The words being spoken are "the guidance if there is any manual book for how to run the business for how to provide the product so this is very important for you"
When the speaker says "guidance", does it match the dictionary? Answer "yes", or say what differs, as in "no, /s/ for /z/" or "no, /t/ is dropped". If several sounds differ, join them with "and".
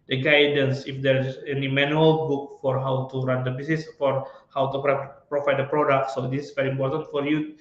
yes